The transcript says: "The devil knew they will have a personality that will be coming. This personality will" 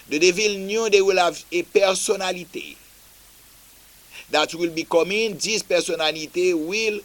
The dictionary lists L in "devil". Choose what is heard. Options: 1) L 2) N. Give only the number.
1